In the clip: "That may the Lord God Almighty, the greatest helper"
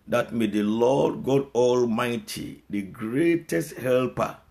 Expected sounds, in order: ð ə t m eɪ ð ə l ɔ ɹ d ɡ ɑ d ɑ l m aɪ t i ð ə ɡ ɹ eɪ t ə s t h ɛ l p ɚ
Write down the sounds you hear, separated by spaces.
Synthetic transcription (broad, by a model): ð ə t m eɪ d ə l ɔ d ɡ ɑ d ɑ l m aɪ t i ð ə ɡ ɹ eɪ t ə s t h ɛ l p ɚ